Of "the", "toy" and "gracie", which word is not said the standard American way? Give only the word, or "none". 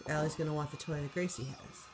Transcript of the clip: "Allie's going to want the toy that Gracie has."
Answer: none